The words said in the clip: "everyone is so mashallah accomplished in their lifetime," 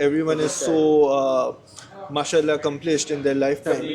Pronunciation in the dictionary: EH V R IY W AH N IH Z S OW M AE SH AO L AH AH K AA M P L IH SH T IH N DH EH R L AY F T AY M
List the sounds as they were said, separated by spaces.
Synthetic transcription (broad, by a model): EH V R IY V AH N IH Z S OW M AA SH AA L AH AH K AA M P L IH S T IH N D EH R L AY F T AY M